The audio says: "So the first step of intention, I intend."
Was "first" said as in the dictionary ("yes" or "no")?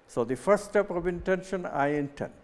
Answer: no